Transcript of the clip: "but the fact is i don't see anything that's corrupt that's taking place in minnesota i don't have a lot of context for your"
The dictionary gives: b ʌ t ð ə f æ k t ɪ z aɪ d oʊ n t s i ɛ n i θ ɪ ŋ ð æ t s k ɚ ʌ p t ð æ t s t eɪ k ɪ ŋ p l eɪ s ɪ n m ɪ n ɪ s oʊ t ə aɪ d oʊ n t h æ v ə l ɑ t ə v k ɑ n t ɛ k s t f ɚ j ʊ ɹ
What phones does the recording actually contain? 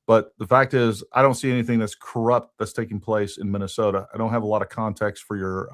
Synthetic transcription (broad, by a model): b ʌ t ð ə f æ k t ɪ z aɪ d oʊ n t s i ɛ n i θ ɪ ŋ ð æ t s k ɚ ʌ p t ð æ t s t eɪ k ɪ ŋ p l eɪ s ɪ n m ɪ n ɪ s oʊ t ə aɪ d oʊ n t h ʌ v ə l ɑ t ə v k ɑ n t ɛ k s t f ɚ j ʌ ɹ